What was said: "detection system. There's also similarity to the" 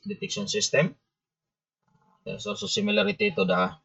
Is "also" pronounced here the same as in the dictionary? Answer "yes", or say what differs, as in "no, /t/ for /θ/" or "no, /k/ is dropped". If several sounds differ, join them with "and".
no, /l/ is dropped